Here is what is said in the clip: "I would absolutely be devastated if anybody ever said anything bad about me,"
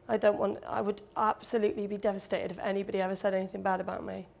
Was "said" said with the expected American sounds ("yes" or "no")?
yes